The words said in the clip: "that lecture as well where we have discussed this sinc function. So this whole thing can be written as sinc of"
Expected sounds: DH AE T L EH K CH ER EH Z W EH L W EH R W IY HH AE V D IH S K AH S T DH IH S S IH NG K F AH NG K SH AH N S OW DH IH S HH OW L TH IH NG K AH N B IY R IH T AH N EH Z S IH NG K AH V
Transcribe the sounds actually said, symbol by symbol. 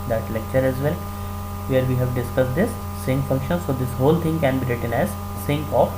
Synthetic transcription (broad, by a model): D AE T L EH K CH ER EH Z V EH L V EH R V IY HH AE V D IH S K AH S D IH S S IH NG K F AH NG K SH AH N S OW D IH S HH OW L T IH NG K AH N B IY R IH T AH N EH Z S IH NG K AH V